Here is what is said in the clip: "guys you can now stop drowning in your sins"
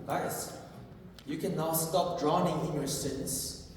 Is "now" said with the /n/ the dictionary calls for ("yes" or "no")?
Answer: yes